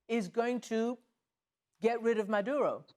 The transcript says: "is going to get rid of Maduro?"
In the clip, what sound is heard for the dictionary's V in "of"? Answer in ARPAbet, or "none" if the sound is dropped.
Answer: V